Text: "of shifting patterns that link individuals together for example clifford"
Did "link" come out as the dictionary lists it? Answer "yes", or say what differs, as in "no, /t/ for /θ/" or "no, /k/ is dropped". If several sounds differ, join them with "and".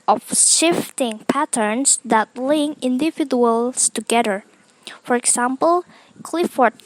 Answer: no, /k/ is dropped